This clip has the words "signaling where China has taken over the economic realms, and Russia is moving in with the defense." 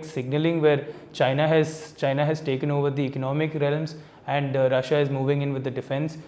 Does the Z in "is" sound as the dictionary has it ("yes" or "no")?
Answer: yes